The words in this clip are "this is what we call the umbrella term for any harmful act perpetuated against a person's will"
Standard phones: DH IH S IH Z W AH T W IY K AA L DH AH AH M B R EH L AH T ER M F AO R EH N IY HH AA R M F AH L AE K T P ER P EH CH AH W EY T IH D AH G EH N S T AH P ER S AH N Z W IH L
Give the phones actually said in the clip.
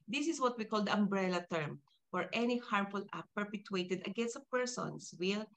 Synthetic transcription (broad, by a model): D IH S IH S W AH T W IY K AA L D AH AH M B R EH L AH T ER M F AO R EH N IY HH AA R M F AH L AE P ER P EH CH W EY T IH D AH G EH N S T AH P ER S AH N S W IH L